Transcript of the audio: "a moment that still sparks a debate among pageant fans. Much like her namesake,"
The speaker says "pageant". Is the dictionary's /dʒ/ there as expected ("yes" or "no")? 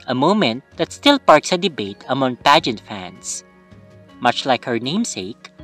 yes